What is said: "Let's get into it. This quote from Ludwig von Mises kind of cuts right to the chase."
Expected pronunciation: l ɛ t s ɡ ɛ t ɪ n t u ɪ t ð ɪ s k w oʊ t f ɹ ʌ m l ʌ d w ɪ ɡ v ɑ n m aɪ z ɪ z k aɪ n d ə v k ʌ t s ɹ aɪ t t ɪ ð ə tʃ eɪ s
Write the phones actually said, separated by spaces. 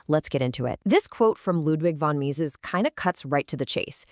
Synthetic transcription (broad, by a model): l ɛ t s ɡ ɛ t ɪ n t u ɪ t ð ɪ s k w oʊ t f ɹ ʌ m l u d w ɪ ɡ v ɑ n m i z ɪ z k aɪ n d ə k ʌ t s ɹ aɪ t t ɪ ð ə tʃ eɪ s